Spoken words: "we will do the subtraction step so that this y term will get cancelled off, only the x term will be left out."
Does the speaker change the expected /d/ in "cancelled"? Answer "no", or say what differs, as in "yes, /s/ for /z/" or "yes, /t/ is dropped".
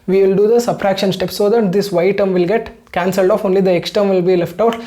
no